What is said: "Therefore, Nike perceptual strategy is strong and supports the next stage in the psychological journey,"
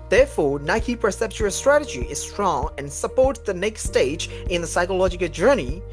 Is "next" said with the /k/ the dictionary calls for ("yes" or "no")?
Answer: yes